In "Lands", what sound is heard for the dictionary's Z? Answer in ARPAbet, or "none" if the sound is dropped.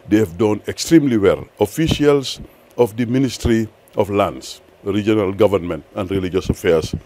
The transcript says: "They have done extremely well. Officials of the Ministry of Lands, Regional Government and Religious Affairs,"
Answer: S